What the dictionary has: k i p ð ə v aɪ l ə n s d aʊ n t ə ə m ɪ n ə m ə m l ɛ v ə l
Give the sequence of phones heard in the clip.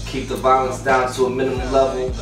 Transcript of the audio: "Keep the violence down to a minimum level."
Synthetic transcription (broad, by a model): k i p ð ə v aɪ l ə n s d aʊ n t ə ə m ɪ n ə m ə m l ɛ v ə l